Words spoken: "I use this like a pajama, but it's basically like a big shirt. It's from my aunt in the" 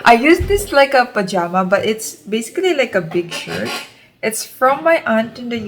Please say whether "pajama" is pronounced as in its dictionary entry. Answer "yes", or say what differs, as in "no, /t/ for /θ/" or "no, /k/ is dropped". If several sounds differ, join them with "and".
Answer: yes